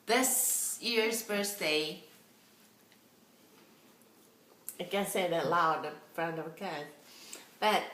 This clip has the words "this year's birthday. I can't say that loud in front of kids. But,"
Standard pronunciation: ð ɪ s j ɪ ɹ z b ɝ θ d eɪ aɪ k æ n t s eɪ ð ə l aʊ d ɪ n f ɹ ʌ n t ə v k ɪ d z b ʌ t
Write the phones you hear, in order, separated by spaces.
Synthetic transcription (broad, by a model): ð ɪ s j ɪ ɹ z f ɝ s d eɪ aɪ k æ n s eɪ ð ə l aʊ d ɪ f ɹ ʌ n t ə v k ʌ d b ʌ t